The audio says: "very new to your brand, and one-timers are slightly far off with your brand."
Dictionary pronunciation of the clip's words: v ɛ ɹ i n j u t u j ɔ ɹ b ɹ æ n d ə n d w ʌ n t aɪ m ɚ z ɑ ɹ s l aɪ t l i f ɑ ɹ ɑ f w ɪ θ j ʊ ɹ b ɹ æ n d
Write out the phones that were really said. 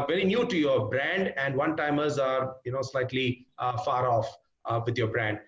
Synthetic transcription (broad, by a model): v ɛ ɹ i n j u t u j ɔ ɹ b ɹ æ n d ə n d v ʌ n t aɪ m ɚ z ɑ ɹ s l aɪ t l i f ɑ ɹ ɑ f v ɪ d j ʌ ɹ b ɹ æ n d